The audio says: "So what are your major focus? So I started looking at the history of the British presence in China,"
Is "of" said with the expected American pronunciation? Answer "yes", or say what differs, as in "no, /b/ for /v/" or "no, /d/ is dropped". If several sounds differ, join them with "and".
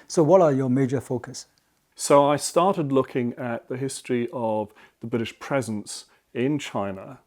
yes